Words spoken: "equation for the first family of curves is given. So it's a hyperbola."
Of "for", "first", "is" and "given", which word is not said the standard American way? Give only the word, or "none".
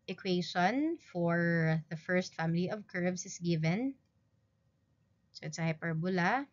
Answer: is